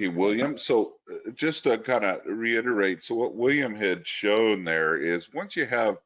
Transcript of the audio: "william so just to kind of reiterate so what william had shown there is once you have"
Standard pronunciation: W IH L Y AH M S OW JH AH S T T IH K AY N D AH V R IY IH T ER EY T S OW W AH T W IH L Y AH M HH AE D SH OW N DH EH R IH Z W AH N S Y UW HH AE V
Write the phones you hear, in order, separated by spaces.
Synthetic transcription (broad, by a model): W IH L Y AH M S OW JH AH S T T IH K AY N D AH R IY IH T ER EY T S OW W AH T W IH L Y AH M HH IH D SH OW N DH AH R IH Z W AH N S Y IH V